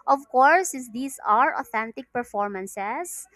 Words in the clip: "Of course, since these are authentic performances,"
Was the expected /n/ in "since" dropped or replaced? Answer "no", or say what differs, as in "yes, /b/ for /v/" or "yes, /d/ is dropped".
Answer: yes, /n/ is dropped